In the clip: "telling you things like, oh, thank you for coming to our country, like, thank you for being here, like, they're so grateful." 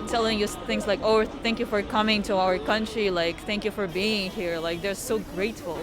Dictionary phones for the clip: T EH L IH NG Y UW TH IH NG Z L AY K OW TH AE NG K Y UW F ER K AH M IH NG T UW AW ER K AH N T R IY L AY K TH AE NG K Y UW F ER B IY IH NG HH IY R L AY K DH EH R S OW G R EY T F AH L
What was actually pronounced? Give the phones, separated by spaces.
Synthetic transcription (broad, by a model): T EH L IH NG Y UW TH IH NG Z L AY K OW TH AE NG K Y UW F ER K AH M IH NG T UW AW ER K AH N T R IY L AY K TH AE NG K Y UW F ER B IY IH NG HH IY R L AY K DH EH R S OW G R EY T F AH L